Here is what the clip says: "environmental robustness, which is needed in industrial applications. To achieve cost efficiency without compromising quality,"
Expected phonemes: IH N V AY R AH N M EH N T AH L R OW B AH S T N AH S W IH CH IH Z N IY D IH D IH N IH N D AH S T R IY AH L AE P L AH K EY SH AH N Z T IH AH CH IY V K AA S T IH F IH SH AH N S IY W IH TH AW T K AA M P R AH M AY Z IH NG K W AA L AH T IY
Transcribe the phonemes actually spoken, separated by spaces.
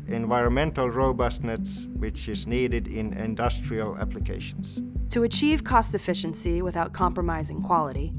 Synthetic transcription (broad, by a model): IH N V AY R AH N M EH N T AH L R OW B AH S T N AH S W IH CH IH Z N IY D IH D IH N IH N D AH S T R IY AH L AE P L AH K EY SH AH N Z T IH AH CH IY V K AA S T IH F IH SH AH N S IY W IH TH AW T K AA M P R AH M AY Z IH NG K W AA L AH T IY